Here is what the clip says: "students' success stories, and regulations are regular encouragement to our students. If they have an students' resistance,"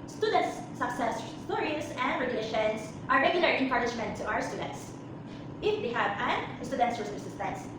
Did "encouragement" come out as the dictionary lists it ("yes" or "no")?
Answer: no